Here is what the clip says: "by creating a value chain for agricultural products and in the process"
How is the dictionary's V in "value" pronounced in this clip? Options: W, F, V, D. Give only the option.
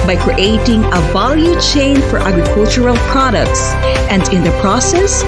V